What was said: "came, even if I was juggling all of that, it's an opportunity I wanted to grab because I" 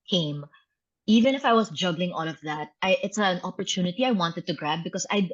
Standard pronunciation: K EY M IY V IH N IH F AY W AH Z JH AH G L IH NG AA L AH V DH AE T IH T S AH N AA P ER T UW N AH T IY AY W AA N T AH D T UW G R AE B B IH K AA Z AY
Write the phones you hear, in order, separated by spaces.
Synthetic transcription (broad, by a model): K EY M IY V IH N IH F AY W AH S JH AH G L IH NG AA L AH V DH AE T IH T S AH N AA P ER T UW N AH T IY AY W AA N T AH D T UW G R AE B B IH K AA S AY